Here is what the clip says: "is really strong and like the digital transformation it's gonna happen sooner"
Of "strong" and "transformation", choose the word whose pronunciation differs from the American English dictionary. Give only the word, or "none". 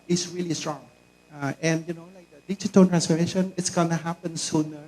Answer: none